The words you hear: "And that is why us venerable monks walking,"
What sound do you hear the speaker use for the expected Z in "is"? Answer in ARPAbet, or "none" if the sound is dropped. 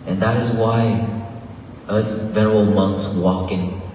Z